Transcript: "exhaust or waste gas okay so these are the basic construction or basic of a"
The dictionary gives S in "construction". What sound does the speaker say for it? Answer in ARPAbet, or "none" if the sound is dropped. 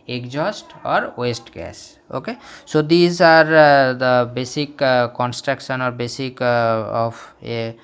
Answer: S